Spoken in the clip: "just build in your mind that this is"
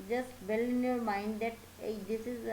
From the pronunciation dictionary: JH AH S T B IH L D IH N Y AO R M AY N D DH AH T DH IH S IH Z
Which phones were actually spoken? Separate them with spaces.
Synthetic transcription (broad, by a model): JH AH S T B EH L IH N Y AO R M AY N D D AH T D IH S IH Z